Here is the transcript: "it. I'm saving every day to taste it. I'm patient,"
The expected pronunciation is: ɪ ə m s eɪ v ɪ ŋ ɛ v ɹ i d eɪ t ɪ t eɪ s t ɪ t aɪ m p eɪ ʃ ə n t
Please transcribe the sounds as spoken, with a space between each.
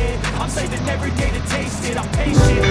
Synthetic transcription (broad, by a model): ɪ ə m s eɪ ɪ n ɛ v ɹ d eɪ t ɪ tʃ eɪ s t ɪ t aɪ m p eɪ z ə